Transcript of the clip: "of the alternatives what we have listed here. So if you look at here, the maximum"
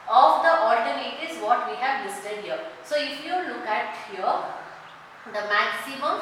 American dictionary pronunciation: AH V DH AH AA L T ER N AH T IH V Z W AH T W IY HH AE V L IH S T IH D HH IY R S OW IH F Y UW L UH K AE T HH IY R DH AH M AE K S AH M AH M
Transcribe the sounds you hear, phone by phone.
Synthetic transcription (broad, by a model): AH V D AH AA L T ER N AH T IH Z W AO T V IY HH AE V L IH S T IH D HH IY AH S OW IH F Y UW L UH K AE T HH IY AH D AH M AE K S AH M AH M